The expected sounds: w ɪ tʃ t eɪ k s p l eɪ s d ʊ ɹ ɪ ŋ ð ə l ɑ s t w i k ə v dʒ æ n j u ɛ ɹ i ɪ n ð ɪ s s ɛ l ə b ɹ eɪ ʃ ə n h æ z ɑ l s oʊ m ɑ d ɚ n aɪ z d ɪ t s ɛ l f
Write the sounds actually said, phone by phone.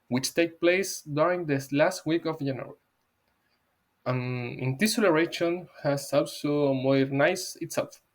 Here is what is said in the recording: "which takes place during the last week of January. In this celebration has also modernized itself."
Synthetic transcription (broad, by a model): w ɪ tʃ t eɪ k p l eɪ s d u ɹ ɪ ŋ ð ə l ɑ s t w i k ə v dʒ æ n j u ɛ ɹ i ɪ n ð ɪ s s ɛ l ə ɹ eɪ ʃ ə n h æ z ɑ l s oʊ m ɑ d n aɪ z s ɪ t s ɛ l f